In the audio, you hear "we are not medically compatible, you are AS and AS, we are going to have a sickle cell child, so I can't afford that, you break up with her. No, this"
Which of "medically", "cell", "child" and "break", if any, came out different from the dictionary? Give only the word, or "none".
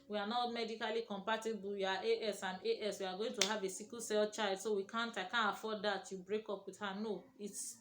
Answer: child